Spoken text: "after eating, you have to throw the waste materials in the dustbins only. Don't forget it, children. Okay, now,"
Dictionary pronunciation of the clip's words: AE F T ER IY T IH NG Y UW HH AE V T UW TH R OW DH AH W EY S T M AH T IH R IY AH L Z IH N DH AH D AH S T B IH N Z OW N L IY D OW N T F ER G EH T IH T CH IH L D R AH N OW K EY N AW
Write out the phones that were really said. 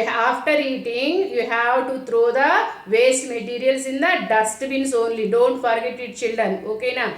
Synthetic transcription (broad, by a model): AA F T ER IY T IH NG Y UW HH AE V T UW T R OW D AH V EY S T M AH T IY R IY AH L S IH N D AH D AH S T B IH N S OW N L IY D OW N T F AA G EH T IH T CH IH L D R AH N OW K EY N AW